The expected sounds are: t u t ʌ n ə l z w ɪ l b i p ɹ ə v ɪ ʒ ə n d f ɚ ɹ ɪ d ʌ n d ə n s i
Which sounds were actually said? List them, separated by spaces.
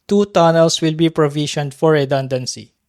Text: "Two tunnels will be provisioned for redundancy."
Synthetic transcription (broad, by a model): t u t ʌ n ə l s w ɪ l b i p ɹ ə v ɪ ʃ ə n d f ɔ ɹ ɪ d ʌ n d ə n s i